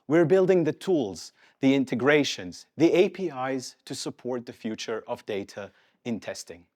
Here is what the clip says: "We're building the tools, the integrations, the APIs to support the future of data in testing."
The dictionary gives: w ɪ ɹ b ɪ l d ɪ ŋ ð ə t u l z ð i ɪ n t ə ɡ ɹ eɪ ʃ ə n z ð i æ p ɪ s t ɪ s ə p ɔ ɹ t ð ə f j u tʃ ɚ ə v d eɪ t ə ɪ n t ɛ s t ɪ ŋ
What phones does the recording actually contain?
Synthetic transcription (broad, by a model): w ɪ ɹ b ɪ l d ɪ ŋ ð ə t u l z ð i ɪ n t ə ɡ ɹ eɪ ʃ ə n z ð i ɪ p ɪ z t ɪ s ə p ɔ ɹ t ð ə f j u tʃ ɚ ə v d eɪ t ə ɪ n t ɛ s t ɪ ŋ